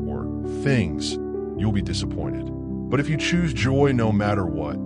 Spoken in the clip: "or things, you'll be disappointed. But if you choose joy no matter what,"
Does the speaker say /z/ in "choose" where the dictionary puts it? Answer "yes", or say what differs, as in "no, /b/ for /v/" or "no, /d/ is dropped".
yes